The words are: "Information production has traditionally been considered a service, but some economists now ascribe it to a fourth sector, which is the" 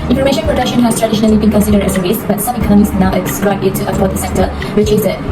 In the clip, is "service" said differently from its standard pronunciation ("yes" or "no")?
yes